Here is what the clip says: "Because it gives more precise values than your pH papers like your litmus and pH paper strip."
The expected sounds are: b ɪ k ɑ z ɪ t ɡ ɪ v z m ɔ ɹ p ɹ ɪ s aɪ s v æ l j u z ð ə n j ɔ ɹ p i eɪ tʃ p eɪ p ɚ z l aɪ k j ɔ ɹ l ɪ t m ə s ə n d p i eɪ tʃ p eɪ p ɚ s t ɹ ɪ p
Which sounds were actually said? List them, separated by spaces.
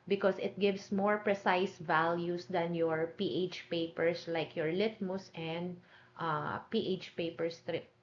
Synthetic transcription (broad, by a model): b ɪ k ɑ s ɪ t ɡ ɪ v s m ɔ ɹ p ɹ ɪ s aɪ s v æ l j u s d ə n j ɔ ɹ p i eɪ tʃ p eɪ p ɚ s l aɪ k j ɔ ɹ l ɪ t m ə s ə n d p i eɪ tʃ p eɪ p ɚ s t ɹ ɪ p